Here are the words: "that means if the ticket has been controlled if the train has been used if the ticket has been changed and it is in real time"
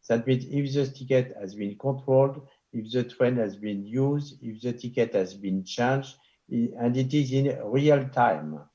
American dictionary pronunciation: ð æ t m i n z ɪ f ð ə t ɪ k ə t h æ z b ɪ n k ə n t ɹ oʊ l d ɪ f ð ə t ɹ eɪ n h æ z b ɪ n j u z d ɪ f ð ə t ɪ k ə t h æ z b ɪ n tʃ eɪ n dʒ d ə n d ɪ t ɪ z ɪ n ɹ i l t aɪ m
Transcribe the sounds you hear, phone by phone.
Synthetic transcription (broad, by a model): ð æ t m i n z ɪ f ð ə t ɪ k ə t h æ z b ɪ n k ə t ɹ oʊ l d ɪ f ð ə t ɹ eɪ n h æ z b ɪ n j u z d ɪ f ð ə t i k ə t h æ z b ɪ n tʃ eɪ n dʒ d ə n d ɪ t ɪ z ɪ n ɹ i l t aɪ m